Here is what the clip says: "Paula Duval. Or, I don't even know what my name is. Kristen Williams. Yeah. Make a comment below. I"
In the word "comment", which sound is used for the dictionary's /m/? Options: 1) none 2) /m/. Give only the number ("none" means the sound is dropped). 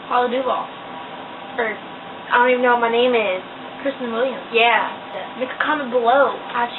1